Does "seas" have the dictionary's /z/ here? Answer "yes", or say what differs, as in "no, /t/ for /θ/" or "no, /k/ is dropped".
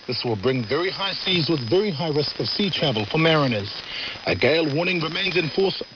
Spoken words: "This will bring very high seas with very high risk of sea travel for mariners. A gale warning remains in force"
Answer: yes